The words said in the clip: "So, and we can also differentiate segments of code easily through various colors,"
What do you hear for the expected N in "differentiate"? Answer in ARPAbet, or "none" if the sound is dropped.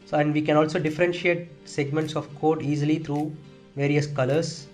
N